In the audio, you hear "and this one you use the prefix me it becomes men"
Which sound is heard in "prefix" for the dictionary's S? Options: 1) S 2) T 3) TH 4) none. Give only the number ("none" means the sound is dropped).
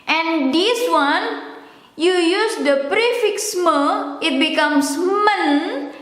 1